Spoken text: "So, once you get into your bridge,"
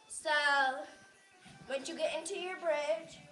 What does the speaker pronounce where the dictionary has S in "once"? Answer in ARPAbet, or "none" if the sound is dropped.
none